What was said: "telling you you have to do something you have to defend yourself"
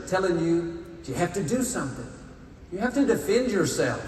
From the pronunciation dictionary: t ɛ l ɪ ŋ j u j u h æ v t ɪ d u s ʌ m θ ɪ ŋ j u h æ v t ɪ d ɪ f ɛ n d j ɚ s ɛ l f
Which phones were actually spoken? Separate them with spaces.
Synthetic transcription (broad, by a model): t ɛ l ɪ ŋ j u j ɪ h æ f t ɪ d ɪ s ʌ m θ ɪ ŋ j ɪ h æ f t ɪ d ɪ f ɛ n d j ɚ s ɛ l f